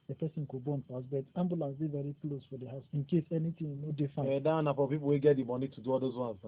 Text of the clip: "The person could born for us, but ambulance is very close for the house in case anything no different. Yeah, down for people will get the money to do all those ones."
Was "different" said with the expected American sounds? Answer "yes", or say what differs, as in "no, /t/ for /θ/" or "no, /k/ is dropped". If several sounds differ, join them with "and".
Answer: no, /ɹ/ is dropped